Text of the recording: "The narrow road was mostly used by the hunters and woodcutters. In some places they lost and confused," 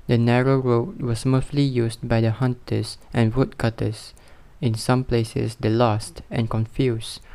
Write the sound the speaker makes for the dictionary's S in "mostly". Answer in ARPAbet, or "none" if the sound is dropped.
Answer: TH